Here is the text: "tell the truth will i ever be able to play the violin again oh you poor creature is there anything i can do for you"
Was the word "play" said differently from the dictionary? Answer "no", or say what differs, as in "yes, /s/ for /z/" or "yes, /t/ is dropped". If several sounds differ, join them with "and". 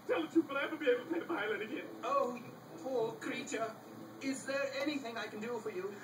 yes, /l/ is dropped